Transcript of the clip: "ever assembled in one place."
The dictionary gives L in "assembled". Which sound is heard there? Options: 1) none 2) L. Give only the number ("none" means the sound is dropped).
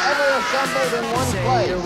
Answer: 1